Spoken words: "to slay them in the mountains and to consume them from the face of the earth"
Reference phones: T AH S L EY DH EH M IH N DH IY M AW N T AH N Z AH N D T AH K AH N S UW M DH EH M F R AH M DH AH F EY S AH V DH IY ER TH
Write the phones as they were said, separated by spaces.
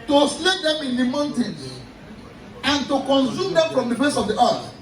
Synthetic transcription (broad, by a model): T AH S L EY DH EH M IH N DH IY M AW N T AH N AH N T AH K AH N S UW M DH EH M F R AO M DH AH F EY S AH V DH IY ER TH